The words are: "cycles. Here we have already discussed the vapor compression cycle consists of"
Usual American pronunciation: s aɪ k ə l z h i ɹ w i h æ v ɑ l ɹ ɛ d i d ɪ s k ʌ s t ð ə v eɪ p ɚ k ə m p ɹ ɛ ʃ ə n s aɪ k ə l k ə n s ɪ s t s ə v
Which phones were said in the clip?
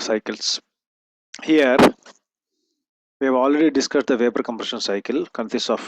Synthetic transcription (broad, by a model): s aɪ k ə l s h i ɹ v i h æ v ɑ l ɹ ɛ d i d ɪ s k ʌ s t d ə v eɪ p ɚ k ə m p ɹ ɛ ʃ ə n s aɪ k ə l k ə n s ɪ s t ə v